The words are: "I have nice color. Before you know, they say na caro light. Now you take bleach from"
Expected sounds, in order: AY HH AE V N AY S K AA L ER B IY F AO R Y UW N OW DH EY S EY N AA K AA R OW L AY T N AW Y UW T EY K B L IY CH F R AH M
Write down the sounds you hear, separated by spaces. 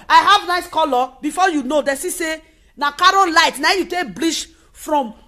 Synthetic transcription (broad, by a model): AY HH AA V N AY S K AA L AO B IY F AO Y UW N OW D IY S EY N AA K AA R OW L AY T N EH Y UW T EY K B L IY SH F R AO M